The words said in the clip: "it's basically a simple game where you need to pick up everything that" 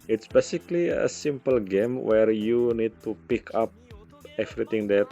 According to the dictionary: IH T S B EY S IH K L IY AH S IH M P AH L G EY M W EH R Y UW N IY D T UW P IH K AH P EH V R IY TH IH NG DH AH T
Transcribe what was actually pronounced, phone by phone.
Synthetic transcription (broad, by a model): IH T S B EY S IH K L IY AH S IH M P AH L G EY M W EH R Y UW N IY D T UW P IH K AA P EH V R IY T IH NG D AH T